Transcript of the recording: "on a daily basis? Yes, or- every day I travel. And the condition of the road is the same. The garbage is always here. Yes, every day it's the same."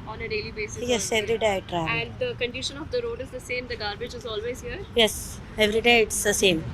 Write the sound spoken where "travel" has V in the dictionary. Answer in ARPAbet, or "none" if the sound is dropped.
none